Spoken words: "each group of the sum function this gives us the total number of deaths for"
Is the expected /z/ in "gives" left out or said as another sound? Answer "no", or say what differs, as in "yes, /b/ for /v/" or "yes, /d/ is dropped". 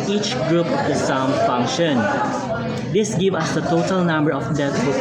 yes, /z/ is dropped